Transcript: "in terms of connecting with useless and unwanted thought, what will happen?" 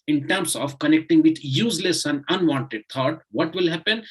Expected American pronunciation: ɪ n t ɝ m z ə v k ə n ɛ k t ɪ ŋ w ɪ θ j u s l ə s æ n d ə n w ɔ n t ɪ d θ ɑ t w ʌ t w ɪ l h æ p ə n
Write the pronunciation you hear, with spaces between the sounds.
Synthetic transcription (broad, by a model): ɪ n t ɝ m s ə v k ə n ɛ k t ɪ ŋ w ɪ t j u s l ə s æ n d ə n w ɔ n t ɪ d t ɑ t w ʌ t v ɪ l h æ p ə n